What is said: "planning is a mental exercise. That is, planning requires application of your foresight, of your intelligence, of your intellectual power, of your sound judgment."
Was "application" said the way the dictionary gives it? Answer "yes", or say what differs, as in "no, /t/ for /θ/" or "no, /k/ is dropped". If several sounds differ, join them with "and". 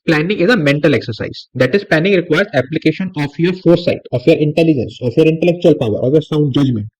yes